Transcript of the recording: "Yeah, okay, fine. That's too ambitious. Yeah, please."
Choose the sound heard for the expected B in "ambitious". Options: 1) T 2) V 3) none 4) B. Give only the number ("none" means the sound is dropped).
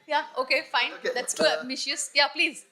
3